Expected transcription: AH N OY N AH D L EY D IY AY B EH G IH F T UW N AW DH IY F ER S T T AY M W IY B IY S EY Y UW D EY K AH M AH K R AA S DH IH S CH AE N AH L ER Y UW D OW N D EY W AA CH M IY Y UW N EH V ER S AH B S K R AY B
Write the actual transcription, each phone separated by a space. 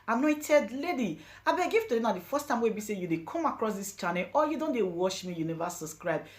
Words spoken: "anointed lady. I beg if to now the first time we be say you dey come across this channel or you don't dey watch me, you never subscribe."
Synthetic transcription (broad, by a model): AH N OY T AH D L EY D IY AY B EH G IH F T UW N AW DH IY F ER S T T AY M W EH B IY S EY Y UW D EY K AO M AH K R AA S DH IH S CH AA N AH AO Y UW D OW N D EY W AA SH M IY Y UW N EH V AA S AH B S K R AY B